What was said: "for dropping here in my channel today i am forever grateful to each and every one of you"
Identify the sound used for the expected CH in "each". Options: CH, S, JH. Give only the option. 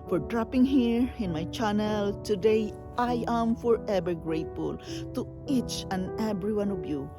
CH